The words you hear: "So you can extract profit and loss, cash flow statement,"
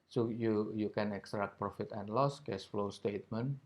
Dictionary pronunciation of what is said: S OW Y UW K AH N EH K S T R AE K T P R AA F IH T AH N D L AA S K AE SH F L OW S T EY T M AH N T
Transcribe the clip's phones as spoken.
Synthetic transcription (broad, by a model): S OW Y UW K AH N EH K S T R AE K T P R AA F IH T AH N L AA S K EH S F L OW S T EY T M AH N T